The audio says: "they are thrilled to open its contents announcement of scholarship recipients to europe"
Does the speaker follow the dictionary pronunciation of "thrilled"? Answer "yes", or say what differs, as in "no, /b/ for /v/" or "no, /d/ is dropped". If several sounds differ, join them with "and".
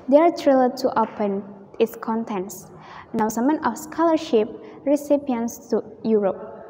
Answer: no, /t/ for /θ/